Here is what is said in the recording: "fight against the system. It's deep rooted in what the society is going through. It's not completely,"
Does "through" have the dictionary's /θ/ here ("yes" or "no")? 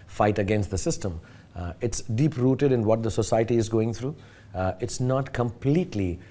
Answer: no